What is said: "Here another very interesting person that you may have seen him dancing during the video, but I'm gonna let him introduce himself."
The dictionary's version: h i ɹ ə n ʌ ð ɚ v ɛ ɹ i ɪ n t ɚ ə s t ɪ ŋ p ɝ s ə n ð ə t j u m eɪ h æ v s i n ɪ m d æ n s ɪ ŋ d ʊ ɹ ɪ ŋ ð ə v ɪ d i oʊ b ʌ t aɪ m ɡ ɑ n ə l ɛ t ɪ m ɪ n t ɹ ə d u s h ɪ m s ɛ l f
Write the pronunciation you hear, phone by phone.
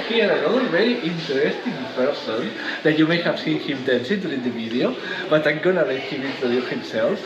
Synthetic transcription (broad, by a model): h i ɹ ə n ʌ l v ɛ ɹ i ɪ n t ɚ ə s t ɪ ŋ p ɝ s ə n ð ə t j u m eɪ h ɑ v s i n ɪ m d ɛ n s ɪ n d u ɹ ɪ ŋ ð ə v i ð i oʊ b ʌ t aɪ m ɡ ɑ n ə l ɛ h ɪ m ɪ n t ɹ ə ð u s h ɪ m s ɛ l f